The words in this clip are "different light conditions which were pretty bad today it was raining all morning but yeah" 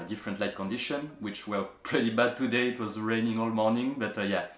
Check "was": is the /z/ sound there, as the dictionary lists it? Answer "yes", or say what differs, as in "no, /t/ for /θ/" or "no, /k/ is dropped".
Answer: yes